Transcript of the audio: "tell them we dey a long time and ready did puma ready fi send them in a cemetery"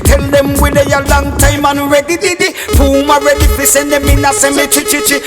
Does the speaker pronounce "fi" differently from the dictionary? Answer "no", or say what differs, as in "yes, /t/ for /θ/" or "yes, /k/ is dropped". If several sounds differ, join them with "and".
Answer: yes, /p/ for /f/